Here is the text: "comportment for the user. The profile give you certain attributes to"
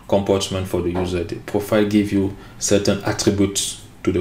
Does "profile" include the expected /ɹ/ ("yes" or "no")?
yes